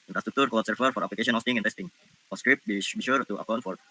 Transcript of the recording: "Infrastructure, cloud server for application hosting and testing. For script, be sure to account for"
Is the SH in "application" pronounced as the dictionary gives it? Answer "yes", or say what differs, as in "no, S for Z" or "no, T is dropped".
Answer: no, SH is dropped